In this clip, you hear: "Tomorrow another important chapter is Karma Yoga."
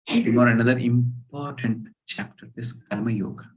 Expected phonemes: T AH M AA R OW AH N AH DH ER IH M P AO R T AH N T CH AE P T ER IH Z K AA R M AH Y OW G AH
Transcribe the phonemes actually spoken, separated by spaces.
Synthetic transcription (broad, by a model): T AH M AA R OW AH N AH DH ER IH M P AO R T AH N T CH AE P T ER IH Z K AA L M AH Y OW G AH